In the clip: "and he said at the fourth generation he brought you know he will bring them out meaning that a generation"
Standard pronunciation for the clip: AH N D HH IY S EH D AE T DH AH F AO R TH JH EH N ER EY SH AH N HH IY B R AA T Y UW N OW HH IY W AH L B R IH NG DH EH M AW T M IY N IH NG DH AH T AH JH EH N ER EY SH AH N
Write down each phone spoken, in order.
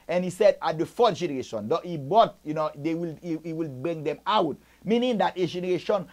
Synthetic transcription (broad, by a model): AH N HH IY S EH D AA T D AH F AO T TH JH EH N ER EY SH AH N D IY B AA T Y UW N OW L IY W AH L B R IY NG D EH M AW T M IY N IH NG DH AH T AH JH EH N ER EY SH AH N